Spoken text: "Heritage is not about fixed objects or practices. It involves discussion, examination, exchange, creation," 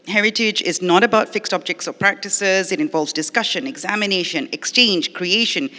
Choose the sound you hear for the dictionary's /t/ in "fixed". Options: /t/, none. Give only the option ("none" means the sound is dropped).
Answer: /t/